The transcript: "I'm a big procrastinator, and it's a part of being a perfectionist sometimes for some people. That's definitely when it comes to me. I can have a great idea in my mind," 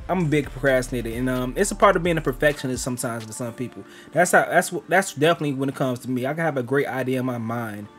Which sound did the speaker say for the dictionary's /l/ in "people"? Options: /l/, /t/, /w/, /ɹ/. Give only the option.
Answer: /w/